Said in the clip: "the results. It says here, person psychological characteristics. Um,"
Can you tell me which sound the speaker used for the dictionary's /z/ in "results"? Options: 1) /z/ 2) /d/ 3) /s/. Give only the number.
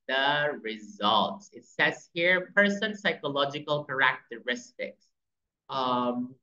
1